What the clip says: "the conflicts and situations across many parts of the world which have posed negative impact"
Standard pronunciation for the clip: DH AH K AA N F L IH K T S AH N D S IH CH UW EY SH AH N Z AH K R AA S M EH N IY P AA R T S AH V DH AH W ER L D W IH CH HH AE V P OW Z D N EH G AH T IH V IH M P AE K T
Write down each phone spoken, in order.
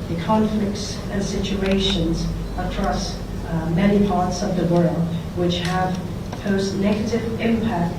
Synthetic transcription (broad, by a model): DH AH K AA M F L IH K T S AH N S IH CH UW EY SH AH N Z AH K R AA S M EH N IY P AA R T S AH V DH AH W ER L D W IH CH HH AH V P OW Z N EH G AH T IH V IH M P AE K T